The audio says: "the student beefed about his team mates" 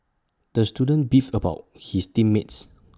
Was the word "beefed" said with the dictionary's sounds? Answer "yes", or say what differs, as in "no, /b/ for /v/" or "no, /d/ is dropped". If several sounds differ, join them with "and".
no, /t/ is dropped